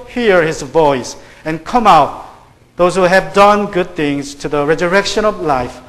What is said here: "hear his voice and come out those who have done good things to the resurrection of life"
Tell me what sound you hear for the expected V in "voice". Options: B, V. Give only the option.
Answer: V